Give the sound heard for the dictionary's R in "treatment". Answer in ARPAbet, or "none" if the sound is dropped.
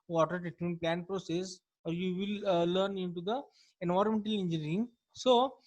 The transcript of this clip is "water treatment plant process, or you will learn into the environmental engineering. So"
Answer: none